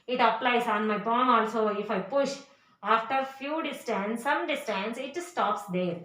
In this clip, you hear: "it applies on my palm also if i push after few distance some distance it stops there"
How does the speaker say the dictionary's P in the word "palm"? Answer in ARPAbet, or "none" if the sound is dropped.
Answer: B